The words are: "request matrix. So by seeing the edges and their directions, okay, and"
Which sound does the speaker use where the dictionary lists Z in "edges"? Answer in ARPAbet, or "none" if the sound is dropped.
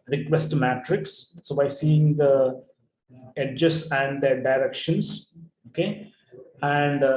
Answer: S